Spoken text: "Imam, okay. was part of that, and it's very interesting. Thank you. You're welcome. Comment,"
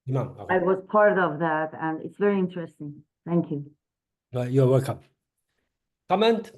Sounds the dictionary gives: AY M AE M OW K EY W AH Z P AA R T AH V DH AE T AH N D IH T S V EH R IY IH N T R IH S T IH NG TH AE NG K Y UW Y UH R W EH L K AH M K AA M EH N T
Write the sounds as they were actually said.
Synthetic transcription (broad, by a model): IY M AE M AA IH W AH Z P AA R T AH V DH AE T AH N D IH T S V EH R IY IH N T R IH S T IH NG TH AE NG K Y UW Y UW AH W EH L K AH M K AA M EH N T